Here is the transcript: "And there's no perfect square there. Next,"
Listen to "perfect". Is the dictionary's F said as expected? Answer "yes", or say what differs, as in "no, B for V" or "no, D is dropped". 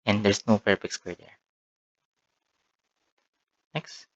no, P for F